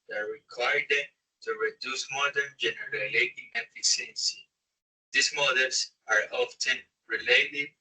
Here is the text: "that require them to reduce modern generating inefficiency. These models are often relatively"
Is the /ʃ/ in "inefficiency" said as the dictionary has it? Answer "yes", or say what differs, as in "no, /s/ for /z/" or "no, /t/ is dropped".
no, /ʃ/ is dropped